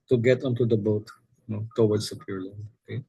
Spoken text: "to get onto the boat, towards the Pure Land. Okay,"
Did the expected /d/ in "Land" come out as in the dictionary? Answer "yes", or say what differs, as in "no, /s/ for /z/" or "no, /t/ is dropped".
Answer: no, /d/ is dropped